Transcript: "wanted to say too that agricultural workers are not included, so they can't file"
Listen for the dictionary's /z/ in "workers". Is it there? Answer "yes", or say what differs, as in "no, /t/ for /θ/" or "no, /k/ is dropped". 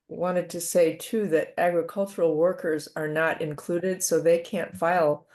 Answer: yes